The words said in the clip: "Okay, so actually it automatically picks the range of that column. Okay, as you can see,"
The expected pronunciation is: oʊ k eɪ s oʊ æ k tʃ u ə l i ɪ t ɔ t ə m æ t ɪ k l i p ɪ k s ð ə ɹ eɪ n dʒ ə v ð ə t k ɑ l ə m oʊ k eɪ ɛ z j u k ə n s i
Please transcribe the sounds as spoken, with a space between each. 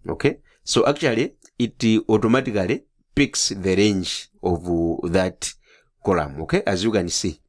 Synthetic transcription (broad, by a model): oʊ k eɪ s oʊ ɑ k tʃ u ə l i ɪ t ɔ t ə m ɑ t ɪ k l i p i k s ð ə ɹ eɪ n dʒ ə v ð ə t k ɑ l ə m oʊ k eɪ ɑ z j u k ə n s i